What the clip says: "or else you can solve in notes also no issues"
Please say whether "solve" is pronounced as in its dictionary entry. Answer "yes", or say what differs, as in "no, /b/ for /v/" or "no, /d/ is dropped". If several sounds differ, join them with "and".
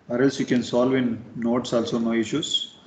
yes